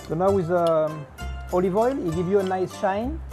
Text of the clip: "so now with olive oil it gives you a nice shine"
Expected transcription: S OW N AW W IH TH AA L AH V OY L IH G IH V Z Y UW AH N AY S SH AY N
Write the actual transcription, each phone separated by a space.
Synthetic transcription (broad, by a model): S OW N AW W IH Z AA L AH V OY L IH G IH V Y UW AH N AY S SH AY N